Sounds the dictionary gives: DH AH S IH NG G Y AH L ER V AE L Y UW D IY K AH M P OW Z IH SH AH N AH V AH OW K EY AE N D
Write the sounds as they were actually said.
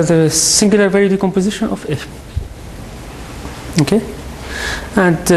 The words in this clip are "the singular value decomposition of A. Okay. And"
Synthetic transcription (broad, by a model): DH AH S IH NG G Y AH L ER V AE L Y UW D IY K AH M P OW Z IH SH AH N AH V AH OW K EY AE N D